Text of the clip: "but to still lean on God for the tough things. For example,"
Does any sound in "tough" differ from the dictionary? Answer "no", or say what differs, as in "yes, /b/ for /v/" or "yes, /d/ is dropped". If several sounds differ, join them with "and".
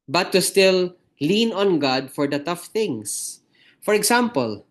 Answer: no